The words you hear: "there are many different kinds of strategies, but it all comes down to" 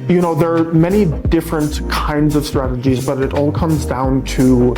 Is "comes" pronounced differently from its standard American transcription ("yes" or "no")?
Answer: no